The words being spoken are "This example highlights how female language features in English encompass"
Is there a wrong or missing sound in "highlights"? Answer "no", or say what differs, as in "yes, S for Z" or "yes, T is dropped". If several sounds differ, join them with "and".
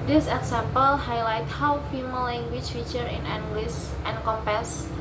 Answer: yes, S is dropped